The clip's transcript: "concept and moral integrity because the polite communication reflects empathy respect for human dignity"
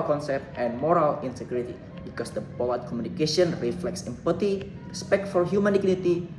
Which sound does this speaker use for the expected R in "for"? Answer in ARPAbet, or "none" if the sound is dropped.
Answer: L